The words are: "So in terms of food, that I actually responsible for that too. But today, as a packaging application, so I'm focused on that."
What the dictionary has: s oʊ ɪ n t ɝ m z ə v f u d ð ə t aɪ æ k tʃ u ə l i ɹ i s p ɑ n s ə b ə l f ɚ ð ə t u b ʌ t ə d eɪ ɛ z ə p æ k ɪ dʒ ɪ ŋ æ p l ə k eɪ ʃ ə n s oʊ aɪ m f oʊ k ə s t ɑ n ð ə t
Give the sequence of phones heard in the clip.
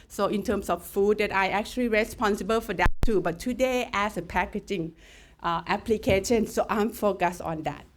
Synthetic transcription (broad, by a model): s oʊ ɪ n t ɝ m s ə f f u d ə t aɪ æ k tʃ u ə l i ɹ i s p ɑ n s ə b ə l f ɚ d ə t u b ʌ t ə d eɪ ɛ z ə p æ k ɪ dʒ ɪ ŋ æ p l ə k eɪ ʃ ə n s oʊ aɪ m f oʊ k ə s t ɑ n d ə t